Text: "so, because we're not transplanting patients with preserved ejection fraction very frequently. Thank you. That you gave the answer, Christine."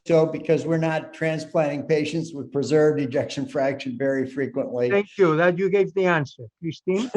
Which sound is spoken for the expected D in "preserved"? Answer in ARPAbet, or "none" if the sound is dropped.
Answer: D